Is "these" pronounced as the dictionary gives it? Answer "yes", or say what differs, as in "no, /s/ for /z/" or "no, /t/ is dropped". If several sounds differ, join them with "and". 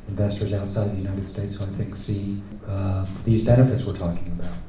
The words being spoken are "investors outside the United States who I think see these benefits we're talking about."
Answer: yes